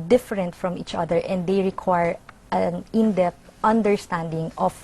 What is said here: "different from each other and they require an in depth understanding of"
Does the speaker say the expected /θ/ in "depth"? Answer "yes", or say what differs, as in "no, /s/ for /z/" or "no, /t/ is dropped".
no, /t/ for /θ/